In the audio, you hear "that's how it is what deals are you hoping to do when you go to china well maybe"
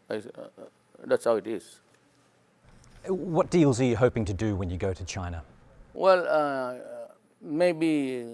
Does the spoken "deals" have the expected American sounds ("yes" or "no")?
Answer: yes